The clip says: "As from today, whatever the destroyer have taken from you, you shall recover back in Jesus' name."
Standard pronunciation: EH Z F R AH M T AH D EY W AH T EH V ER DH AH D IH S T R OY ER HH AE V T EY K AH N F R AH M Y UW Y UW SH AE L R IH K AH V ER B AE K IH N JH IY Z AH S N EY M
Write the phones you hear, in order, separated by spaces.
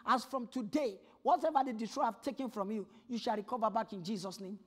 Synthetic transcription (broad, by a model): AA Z F R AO M T AH D EY W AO T EH V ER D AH D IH T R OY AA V T EY K AH N F R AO M Y UW Y UW SH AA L R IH K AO V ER B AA K IH N JH IY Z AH S N EY M